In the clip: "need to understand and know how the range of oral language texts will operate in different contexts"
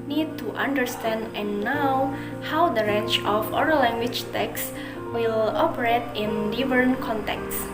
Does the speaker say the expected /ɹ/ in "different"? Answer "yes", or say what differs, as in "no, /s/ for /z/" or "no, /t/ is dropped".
no, /ɹ/ is dropped